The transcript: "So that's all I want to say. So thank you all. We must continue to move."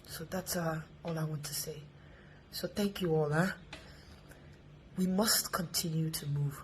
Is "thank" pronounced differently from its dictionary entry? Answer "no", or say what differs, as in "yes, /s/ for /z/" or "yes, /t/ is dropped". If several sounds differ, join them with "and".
no